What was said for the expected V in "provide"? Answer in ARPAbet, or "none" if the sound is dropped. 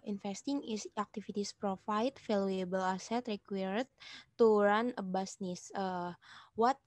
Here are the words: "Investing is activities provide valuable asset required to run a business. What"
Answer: F